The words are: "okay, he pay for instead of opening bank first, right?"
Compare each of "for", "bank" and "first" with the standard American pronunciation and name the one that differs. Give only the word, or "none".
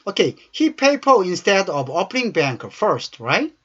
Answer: for